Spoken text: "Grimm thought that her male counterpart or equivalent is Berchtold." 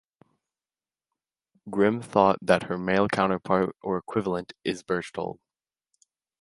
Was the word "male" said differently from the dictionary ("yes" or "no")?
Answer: no